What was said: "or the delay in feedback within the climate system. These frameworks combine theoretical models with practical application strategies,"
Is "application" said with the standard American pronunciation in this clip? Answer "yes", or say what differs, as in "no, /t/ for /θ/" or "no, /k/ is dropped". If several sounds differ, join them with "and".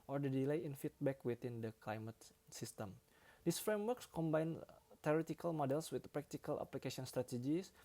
no, /s/ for /ʃ/